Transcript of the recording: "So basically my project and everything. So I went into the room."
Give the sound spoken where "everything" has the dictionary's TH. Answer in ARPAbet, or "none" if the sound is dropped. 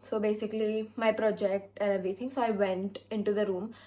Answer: T